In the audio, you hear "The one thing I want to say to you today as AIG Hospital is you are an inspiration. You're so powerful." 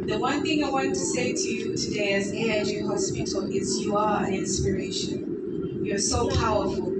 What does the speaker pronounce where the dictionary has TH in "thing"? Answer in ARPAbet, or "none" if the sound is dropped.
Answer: TH